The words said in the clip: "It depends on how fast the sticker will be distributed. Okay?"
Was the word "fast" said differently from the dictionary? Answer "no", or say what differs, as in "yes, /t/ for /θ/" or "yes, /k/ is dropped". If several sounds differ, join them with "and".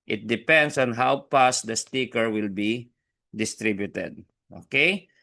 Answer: yes, /p/ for /f/